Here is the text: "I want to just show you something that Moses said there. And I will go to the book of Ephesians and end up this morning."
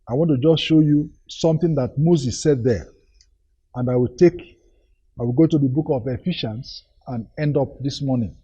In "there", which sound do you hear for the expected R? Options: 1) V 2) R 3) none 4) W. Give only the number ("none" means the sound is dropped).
4